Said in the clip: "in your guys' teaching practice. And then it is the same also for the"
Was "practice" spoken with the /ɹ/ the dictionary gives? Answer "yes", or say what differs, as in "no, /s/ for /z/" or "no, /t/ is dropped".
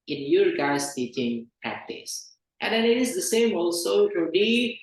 no, /ɹ/ is dropped